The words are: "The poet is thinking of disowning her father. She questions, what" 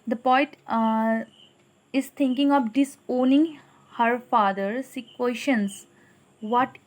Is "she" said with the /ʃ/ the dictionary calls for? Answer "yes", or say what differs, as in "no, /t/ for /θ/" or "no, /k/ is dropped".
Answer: no, /s/ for /ʃ/